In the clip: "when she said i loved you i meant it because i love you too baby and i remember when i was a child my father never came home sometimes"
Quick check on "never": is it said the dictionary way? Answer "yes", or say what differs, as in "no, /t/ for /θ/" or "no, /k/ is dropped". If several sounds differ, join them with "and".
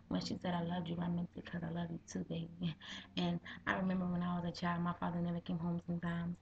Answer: yes